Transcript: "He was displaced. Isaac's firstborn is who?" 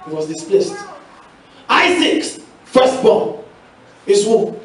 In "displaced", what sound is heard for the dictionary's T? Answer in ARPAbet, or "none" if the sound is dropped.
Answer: T